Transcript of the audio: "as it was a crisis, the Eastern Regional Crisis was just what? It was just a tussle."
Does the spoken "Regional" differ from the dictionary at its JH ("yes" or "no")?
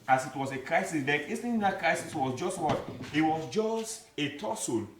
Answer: yes